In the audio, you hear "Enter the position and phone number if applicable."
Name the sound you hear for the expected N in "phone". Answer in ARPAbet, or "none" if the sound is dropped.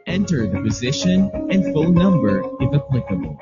L